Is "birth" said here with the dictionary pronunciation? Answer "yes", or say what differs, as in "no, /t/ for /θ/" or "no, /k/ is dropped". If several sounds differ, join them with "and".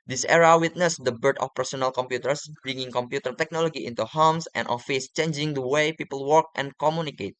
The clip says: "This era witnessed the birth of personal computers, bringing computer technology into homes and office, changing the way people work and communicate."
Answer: no, /t/ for /θ/